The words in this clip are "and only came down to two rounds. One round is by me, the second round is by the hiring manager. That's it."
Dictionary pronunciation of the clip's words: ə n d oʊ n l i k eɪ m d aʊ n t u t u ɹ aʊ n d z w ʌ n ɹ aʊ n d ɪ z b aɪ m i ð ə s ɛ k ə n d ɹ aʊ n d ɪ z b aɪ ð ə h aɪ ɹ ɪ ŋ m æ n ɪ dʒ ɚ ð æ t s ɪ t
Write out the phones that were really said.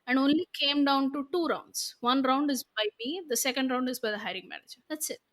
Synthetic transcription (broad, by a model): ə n d oʊ n l i k eɪ m d aʊ n t u t u ɹ aʊ n d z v ʌ n ɹ aʊ n d ɪ z b aɪ m i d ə s ɛ k ə n d ɹ aʊ n d ɪ z b aɪ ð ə h aɪ ɹ ɪ ŋ m æ n ɪ dʒ ɚ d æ t s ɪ t